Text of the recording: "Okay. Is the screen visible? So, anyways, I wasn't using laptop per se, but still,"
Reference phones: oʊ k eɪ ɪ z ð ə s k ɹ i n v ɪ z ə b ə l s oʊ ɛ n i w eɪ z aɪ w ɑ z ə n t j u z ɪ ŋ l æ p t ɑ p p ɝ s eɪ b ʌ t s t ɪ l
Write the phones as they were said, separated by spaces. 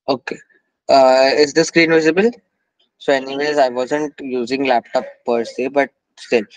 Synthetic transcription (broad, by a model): oʊ k eɪ ɪ z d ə s k ɹ i n v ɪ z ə b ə l s oʊ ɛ n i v eɪ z aɪ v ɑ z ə n t j u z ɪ ŋ l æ p t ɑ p p ɝ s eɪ b ʌ t s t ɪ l